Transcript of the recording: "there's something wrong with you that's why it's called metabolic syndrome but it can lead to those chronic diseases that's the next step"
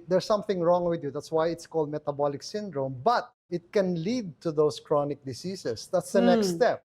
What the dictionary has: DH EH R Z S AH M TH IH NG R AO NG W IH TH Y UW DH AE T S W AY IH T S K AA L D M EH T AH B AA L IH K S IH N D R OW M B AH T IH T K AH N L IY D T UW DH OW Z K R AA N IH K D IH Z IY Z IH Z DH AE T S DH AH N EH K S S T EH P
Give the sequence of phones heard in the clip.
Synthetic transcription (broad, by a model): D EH R S AH M TH IH NG R AO NG W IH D Y UW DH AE T S W AY IH T S K AA L D M EH T AH B AA L IH K S IH N D R OW M B AH T IH T K AH N L IY D T UW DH OW S K R AA N IH K D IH S IY S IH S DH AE T S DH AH N EH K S S T EH P